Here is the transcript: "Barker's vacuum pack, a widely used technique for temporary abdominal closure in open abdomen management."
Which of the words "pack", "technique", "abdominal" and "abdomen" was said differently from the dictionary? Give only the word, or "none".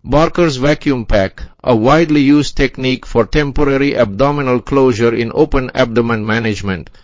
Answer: none